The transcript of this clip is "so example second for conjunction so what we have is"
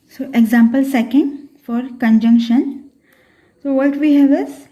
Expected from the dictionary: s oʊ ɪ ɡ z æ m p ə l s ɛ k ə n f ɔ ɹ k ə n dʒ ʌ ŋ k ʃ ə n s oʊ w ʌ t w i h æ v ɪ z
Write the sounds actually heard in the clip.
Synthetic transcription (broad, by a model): s oʊ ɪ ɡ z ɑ m p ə l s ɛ k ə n f ɔ ɹ k ə n dʒ ʌ ŋ k ʃ ə n s oʊ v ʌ t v i h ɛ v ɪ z